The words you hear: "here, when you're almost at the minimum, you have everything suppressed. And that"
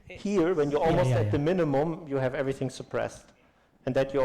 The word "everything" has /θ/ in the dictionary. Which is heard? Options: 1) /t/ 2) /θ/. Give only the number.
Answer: 2